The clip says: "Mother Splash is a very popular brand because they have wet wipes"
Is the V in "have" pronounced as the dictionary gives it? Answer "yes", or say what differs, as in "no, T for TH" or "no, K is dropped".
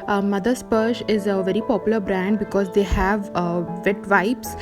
yes